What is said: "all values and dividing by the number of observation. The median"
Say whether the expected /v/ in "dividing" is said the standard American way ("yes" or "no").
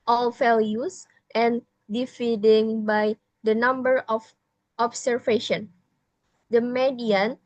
no